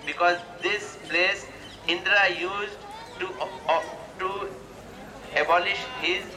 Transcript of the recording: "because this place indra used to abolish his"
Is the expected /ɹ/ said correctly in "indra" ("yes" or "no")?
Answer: yes